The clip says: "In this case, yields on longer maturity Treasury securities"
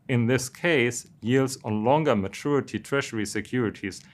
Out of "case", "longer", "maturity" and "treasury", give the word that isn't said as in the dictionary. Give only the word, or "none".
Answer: treasury